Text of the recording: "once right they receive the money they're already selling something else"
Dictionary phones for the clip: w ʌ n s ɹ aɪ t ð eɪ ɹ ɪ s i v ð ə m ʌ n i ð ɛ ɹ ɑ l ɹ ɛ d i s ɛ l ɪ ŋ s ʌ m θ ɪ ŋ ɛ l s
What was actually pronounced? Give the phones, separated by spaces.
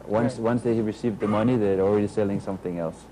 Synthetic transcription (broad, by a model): w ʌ n s w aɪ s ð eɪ ɹ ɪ s i v ð ə m ʌ n i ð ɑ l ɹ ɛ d i s ɛ l ɪ ŋ s ʌ m θ ɪ ŋ ɛ l s